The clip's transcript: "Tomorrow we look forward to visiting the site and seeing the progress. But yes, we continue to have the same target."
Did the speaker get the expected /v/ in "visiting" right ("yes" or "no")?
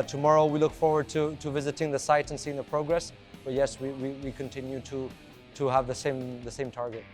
yes